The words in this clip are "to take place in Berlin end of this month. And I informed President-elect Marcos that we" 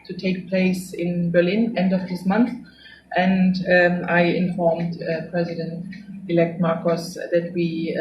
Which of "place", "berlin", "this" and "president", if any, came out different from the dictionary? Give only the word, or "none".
none